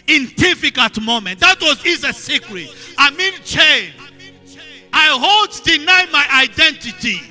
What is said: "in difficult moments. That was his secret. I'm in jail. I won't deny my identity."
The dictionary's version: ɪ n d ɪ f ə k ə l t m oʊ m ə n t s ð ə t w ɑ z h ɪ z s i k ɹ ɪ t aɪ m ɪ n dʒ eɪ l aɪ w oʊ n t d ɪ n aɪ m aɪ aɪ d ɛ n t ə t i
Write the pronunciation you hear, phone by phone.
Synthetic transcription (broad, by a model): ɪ n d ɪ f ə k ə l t m oʊ m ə n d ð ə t w ɑ z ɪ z s i k ɹ ɪ t aɪ m ɪ n tʃ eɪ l aɪ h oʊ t d ɪ n aɪ m aɪ aɪ d ɛ n t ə t i